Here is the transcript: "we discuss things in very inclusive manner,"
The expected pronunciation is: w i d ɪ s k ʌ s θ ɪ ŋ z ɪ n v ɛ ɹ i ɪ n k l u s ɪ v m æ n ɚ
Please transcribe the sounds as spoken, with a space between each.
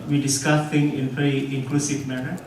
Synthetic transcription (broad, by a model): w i d ɪ s k ʌ s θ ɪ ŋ ɪ n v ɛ ɹ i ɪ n k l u s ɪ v m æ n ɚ